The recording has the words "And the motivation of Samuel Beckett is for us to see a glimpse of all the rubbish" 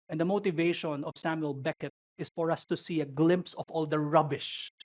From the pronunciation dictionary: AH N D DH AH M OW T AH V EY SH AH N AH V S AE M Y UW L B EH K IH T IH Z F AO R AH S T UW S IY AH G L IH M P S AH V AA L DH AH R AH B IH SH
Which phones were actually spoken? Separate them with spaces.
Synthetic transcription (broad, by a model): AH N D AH M OW T AH V EY SH AH N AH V S AE M Y UW L B EH K IH T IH S F AO R AH S T UW S IY AH G L IH M P S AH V AA L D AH R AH B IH SH